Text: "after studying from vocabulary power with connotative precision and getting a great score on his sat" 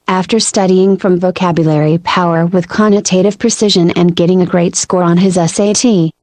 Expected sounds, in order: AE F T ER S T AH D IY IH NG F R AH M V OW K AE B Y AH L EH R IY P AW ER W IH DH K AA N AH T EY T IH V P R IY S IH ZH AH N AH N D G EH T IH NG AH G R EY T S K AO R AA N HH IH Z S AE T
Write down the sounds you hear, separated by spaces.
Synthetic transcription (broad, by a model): AE F T ER S T AH D IY IH NG F R AH M V OW K AE B Y AH L EH R IY P AW ER W IH DH K AA N AH T EY T IH V P R IY S IH ZH AH N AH N G EH T IH NG AH G R EY T S K AO R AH N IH Z S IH T